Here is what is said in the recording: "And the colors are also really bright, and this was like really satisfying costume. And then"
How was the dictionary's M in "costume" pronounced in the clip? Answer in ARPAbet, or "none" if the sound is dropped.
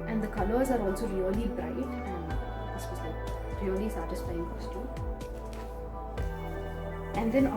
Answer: none